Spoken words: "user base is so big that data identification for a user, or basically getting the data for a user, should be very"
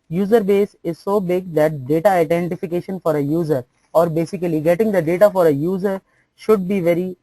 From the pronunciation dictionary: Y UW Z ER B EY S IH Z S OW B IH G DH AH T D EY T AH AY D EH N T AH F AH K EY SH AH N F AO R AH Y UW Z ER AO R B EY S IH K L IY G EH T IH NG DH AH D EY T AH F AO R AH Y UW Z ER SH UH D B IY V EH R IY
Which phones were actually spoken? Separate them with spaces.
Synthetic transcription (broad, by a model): Y UW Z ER B EY S IH Z S OW B IH G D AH T D EY T AH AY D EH N T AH F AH K EY SH AH N F AO R AH Y UW Z ER AO R B EY S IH K L IY G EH T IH NG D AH D EY T AH F AO R AH Y UW Z ER SH UH D B IY V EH R IY